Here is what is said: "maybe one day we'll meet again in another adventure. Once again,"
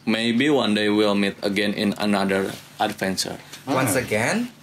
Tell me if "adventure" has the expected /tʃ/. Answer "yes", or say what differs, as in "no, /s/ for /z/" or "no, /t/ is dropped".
no, /s/ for /tʃ/